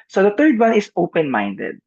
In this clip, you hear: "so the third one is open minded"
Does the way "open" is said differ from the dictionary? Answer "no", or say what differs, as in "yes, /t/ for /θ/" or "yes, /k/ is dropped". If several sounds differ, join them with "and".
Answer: no